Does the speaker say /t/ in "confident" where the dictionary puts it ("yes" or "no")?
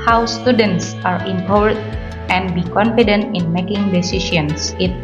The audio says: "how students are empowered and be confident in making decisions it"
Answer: yes